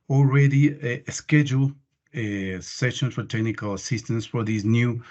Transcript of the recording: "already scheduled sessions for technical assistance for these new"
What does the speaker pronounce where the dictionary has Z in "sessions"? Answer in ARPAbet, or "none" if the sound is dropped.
none